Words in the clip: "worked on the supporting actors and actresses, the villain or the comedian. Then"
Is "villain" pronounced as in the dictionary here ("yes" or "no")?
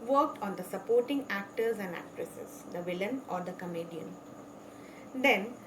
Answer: yes